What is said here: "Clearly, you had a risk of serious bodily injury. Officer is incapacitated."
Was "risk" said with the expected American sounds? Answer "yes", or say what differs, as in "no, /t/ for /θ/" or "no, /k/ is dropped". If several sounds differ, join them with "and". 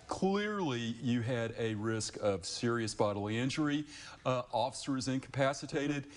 yes